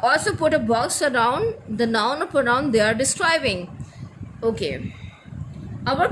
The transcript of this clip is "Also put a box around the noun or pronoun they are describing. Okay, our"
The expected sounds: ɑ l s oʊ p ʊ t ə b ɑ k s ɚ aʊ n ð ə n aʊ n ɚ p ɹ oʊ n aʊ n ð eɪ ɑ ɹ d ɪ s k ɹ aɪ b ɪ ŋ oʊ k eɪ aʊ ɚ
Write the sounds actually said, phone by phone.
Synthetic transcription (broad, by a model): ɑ l s oʊ p ʊ t ə b ɑ k s ɚ aʊ n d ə n aʊ n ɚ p oʊ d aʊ n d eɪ ɑ ɹ d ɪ s k ɹ aɪ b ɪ ŋ oʊ k eɪ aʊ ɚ